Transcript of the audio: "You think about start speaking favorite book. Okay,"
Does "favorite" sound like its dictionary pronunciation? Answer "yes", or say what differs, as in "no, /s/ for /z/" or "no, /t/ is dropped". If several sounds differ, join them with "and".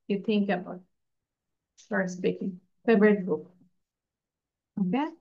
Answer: no, /b/ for /v/